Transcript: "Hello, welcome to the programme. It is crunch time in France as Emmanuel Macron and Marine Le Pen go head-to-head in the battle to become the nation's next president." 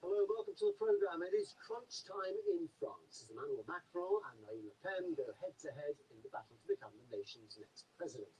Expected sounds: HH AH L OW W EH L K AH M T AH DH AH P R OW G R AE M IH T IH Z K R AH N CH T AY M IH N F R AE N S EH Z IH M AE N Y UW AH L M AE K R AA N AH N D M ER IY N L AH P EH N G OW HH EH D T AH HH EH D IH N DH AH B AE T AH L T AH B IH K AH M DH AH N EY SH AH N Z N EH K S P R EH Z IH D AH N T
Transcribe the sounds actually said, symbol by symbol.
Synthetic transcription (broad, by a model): HH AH L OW W EH L K AH M T AH DH AH P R OW G R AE M IH T IH Z K R AH N CH T AY M IH N F R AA N S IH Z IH M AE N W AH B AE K R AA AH N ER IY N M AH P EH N G OW HH EH D T AH HH EH D IH N DH AH B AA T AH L T AH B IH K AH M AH N EY SH AH N Z N EH K S P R EH Z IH D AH N T